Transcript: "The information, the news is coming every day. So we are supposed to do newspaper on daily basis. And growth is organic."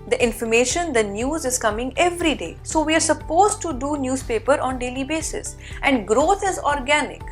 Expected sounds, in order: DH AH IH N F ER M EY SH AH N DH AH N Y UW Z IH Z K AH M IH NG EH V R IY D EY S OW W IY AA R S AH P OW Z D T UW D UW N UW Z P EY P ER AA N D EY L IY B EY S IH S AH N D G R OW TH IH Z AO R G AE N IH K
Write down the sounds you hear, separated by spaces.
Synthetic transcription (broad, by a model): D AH IH N F ER M EY SH AH N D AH N Y UW Z IH Z K AH M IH NG EH V R IY D EY S OW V IY AA R S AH P OW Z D T UW D UW N UW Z P EY P ER AA N D EY L IY B EY S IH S AH N D G R OW T IH Z AO R G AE N IH K